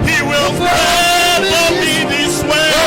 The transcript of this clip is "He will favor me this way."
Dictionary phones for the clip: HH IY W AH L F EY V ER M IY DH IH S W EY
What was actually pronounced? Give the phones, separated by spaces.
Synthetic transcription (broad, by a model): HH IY W AH L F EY ER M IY DH IH S W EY